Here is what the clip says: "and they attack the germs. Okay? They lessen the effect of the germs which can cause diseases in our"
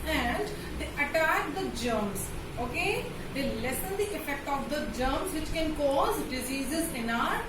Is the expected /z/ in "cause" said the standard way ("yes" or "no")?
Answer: yes